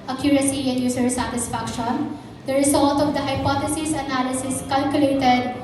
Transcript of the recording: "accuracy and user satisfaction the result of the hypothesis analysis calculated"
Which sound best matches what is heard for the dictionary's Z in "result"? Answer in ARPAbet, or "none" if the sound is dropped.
S